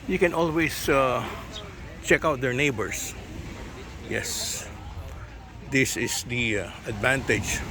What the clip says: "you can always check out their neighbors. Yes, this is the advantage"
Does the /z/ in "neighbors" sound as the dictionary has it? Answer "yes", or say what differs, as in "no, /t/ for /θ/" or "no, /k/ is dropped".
no, /s/ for /z/